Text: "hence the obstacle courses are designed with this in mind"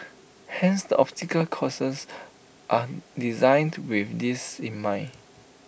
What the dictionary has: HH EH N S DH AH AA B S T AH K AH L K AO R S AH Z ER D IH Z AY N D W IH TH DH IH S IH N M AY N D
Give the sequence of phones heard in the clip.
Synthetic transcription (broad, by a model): HH EH N S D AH AA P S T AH K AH L K AO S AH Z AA D IH Z AY N D W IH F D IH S IH N M AY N